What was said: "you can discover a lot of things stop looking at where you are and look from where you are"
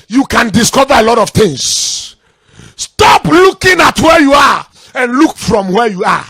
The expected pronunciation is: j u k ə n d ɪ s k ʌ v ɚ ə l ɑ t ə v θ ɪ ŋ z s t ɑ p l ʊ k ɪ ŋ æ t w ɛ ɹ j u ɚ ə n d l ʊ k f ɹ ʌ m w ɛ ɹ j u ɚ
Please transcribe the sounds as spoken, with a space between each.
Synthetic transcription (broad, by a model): j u k ə n d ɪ s k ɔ v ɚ ə l ɑ t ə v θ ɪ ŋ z s t ɑ p l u k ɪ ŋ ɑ t w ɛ j u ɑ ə n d l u k f ɹ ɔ m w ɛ j u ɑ